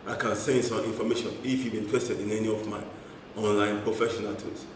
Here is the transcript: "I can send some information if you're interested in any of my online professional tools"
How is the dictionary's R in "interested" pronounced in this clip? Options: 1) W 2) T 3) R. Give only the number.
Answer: 1